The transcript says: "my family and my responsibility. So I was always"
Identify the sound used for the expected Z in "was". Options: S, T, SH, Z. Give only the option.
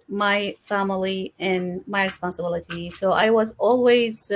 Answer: Z